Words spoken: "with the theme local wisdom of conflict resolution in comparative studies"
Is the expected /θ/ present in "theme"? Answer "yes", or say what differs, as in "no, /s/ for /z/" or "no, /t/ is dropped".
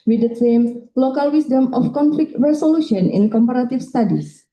no, /s/ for /θ/